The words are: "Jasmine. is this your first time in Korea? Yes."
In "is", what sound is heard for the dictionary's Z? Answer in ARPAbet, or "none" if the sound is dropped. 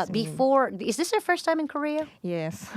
Z